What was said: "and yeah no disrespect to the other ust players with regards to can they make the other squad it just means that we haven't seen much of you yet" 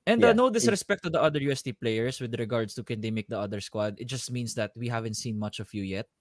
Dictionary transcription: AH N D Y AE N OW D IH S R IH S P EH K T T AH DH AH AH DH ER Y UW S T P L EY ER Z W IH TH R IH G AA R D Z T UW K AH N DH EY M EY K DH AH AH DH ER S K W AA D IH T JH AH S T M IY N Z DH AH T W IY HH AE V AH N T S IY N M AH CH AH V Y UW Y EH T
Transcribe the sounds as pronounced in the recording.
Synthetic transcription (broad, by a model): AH N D N OW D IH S R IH S P EH K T T AH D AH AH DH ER Y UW S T P L EY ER S W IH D R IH G AA R D S T UW K AH N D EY M EY K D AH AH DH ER S K W AA D IH T JH AH S T M IY N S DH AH T W IY HH AE V AH N T S IY N M AH CH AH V Y UW Y EH T